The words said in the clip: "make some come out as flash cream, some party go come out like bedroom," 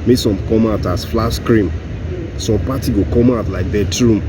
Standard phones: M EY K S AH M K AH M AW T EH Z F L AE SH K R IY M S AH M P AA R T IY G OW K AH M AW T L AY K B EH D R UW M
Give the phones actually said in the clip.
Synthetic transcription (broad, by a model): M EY S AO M K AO M AW T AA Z F L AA S K R IY M S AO M P AA T IY G OW K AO M AW T L AY K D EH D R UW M